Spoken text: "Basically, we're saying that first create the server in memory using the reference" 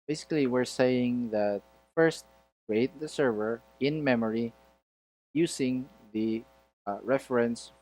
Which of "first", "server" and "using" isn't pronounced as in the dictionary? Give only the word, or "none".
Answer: using